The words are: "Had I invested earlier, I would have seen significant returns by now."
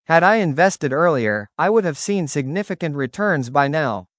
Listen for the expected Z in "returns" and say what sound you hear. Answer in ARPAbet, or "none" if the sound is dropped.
Z